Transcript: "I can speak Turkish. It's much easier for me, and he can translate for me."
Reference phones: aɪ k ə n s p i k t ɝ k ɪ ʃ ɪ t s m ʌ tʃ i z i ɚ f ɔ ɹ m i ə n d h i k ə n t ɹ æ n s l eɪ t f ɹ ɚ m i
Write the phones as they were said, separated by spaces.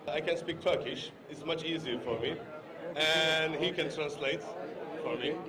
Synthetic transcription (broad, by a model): aɪ k ə n s p i k t ɝ k ɪ ʃ ɪ t s m ʌ tʃ i z i ɚ f ɔ ɹ m i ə n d h i k ə n t ɹ æ n s l eɪ t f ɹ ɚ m i